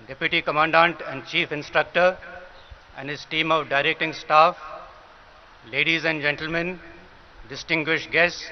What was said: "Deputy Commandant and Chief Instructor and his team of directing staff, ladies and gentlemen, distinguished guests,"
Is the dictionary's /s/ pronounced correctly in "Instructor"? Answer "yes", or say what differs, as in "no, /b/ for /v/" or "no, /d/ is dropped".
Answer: yes